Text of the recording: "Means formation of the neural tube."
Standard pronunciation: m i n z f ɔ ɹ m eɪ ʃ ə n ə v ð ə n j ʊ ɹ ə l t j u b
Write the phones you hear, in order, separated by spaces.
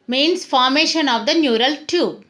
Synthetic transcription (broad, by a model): m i n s f ɔ ɹ m eɪ ʃ ə n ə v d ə n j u ɹ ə l t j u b